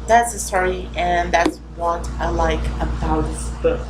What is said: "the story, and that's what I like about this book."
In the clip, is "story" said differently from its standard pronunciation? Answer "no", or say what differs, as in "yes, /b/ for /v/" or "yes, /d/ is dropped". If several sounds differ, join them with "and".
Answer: yes, /s/ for /t/